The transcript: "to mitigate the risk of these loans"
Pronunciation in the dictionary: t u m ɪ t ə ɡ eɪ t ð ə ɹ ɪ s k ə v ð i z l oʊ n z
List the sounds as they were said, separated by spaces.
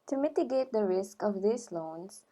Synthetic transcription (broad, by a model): t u m ɪ t ə ɡ eɪ t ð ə ɹ ɪ s k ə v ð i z l oʊ n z